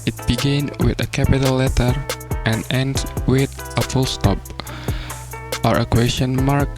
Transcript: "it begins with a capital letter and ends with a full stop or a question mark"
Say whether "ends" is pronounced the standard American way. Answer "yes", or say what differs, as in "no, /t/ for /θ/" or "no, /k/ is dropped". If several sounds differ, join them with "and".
no, /z/ is dropped